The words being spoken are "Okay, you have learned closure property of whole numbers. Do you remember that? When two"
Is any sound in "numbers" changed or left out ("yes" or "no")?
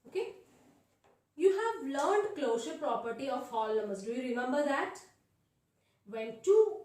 yes